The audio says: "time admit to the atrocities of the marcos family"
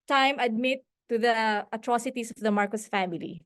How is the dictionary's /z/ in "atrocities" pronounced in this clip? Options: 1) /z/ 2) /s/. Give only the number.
2